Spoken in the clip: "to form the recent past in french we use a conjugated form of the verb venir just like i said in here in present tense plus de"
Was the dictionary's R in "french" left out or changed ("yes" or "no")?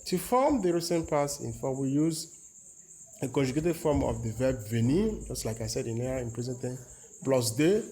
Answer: yes